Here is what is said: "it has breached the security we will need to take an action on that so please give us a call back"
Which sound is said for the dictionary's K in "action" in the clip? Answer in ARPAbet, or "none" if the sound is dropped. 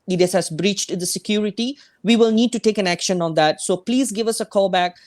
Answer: K